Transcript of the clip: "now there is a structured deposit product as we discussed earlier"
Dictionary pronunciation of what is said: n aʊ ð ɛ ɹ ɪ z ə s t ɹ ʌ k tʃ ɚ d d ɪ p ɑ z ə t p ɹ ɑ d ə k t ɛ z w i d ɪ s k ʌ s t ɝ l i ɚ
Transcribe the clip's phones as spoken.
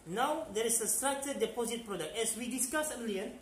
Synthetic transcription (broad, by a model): n aʊ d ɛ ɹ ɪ s ə s t ɹ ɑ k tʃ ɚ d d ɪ p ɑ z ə t p ɹ ɑ d ə k t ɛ s w i d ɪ s k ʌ s ɝ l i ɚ